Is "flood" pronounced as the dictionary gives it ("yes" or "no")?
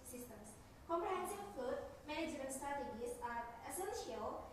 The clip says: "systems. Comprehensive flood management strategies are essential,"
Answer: no